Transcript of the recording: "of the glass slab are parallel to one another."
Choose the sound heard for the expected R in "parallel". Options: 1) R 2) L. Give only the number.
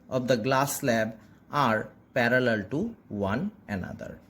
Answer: 1